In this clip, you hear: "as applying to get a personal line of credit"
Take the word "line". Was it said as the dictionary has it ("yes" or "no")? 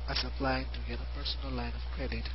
yes